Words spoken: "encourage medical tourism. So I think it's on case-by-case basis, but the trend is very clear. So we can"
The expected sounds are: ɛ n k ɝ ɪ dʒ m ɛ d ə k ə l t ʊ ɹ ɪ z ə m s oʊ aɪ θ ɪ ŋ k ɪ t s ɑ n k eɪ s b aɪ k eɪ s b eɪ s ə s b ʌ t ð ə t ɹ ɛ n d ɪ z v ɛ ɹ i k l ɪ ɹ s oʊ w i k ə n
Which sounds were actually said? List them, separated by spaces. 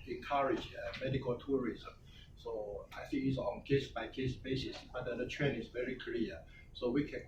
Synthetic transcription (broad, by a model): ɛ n k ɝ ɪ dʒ m ɛ d ə k ə l t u ɹ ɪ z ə m s oʊ aɪ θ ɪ ŋ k ɪ t s ɑ n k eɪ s b aɪ k eɪ s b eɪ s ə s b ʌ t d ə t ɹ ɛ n ɪ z v ɛ ɹ i k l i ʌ s oʊ w i k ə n